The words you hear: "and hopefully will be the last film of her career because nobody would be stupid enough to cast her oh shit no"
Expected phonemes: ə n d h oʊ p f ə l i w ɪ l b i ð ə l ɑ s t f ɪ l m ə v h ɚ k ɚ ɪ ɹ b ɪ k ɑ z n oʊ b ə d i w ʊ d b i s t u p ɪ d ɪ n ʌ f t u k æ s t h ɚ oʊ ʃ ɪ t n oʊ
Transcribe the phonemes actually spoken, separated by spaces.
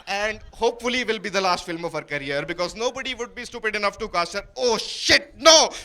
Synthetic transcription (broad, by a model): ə n d h oʊ p f ə l i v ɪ l b i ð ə l ɑ s t f ɪ l m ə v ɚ k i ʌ ɹ b ɪ k ɑ z n oʊ b ə d i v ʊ d b i s t u p ɪ d ɪ n ʌ f t u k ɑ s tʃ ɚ oʊ ʃ ɪ t n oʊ